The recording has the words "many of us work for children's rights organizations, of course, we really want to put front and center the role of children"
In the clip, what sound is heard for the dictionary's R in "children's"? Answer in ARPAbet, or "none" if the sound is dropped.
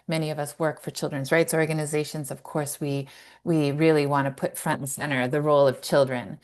R